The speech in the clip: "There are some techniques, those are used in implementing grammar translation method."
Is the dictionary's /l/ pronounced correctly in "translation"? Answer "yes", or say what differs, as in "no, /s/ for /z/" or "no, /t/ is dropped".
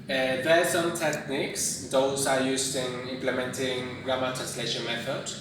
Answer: yes